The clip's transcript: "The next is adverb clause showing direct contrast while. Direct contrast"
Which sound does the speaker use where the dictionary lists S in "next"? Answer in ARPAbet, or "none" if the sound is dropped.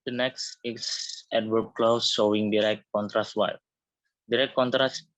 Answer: S